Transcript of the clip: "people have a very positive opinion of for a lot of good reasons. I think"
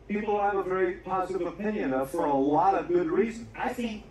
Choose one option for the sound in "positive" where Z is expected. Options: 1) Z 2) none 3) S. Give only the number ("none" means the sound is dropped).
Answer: 1